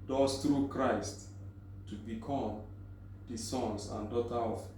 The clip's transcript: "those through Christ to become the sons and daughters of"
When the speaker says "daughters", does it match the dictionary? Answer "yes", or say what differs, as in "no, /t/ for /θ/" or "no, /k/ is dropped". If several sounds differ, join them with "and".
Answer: no, /z/ is dropped